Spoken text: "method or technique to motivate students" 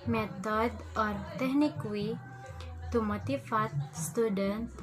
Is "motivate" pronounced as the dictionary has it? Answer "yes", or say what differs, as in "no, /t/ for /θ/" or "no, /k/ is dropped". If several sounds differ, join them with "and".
no, /f/ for /v/